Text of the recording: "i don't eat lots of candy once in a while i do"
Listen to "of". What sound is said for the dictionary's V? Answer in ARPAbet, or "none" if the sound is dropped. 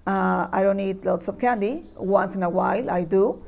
P